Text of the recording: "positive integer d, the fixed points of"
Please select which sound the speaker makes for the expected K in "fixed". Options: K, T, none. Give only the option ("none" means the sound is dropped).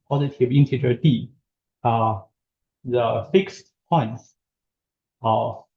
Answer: K